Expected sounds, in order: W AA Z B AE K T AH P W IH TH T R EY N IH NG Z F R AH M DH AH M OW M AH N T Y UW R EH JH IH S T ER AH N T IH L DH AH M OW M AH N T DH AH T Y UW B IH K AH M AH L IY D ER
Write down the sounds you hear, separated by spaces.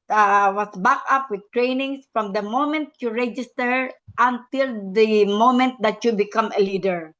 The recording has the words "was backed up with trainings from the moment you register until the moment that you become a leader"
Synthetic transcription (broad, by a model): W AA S B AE K AH P W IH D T R EY N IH NG S F R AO M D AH M OW M AH N T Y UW R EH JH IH S T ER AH N T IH L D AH M OW M AH N T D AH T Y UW B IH K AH M AH L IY D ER